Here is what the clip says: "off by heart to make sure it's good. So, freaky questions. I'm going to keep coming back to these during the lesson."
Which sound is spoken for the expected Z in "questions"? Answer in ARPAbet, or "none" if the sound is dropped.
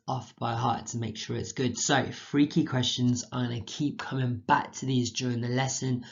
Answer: Z